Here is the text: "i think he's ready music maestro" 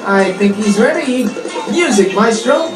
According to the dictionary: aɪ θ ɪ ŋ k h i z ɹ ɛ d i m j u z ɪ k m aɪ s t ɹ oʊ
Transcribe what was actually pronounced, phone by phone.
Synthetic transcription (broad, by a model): aɪ θ ɪ ŋ k h i z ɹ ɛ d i m j u z ɪ k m aɪ s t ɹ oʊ